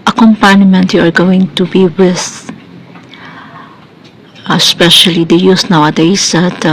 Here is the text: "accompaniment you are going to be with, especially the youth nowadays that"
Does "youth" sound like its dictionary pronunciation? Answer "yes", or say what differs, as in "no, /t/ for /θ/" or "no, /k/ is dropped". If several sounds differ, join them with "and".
no, /s/ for /θ/